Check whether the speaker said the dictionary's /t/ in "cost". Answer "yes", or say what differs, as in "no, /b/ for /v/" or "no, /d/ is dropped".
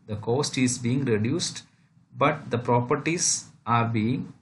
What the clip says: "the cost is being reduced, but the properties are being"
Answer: yes